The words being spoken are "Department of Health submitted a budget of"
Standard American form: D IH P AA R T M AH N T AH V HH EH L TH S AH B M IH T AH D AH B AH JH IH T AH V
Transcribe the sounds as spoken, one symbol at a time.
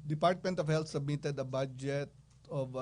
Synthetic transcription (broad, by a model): D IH P AA R T M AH N T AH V HH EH L T S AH B M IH T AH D AH B AH JH IH T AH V